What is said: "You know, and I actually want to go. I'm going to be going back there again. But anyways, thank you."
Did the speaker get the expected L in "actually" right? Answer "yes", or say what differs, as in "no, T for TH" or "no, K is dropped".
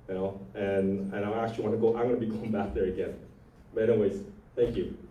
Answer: no, L is dropped